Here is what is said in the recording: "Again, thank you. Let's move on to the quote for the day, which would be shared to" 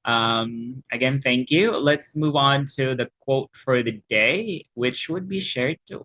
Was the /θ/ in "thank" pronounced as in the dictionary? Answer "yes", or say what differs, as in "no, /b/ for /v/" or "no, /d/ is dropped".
yes